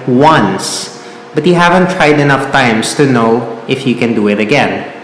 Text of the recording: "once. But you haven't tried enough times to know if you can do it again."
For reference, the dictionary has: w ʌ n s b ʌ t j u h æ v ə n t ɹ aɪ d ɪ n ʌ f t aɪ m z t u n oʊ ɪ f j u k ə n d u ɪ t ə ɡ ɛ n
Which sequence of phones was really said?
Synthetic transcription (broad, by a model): w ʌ n s b ʌ t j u h æ v ə n t ɹ aɪ d ɪ n ʌ f t aɪ m s t u n oʊ ɪ f j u k ə n d u ɪ t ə ɡ ɛ n